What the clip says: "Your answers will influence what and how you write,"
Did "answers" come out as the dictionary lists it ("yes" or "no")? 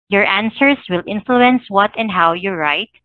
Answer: no